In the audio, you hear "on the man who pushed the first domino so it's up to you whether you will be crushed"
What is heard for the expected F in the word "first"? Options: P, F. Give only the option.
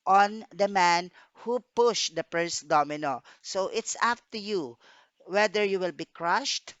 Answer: P